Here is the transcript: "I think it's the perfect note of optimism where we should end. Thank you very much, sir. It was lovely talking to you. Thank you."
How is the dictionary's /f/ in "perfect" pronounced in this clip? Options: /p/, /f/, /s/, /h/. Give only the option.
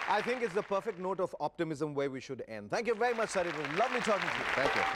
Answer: /f/